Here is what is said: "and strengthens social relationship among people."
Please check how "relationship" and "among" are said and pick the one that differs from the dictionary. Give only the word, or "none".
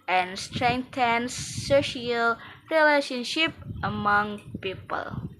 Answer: none